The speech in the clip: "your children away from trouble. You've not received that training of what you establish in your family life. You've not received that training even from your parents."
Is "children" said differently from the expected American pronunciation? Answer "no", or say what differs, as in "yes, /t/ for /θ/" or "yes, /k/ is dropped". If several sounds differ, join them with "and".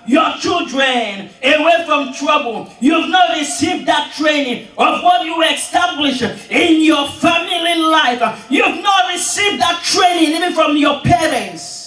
no